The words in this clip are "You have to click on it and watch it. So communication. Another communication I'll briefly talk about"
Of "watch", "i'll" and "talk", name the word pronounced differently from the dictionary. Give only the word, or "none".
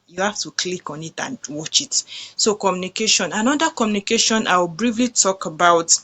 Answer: i'll